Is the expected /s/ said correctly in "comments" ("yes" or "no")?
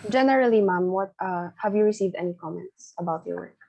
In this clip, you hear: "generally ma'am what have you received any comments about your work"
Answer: yes